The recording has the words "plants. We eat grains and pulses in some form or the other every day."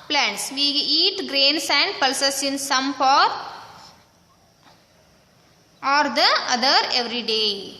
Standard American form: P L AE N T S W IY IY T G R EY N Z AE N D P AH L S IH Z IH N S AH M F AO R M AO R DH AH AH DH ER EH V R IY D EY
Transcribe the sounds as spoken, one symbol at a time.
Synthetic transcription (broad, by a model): P L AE N T S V IY IY T G R EY N S AE N D P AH L S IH S IH N S AH M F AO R AO R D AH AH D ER EH V R IY D EY